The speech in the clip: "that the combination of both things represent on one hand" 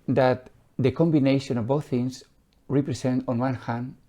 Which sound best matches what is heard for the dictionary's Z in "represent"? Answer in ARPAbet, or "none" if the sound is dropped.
S